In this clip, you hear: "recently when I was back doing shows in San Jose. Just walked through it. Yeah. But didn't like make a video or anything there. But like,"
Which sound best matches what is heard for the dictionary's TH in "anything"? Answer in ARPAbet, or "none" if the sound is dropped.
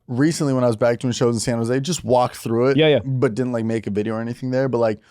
TH